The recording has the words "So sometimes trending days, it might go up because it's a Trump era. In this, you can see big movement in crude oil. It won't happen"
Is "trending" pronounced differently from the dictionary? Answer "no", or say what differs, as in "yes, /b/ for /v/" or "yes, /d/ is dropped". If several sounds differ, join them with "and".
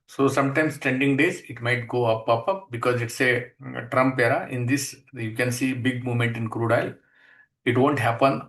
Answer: yes, /ɹ/ is dropped